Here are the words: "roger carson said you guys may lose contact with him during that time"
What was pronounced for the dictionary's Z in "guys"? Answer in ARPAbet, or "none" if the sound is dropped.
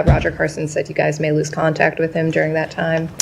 Z